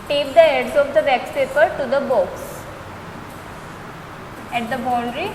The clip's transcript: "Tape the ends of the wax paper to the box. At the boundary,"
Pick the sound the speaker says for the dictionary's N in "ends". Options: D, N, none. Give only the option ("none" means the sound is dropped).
none